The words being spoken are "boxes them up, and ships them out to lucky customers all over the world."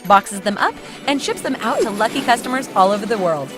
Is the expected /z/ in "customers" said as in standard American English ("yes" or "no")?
yes